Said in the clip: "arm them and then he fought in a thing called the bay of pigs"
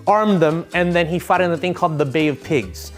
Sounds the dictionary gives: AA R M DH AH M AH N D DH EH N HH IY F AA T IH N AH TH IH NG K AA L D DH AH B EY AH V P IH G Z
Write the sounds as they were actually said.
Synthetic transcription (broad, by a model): AA R M DH AH M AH N DH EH N IY F AA T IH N AH TH IH NG K AA L D DH AH B EY AH V P IH G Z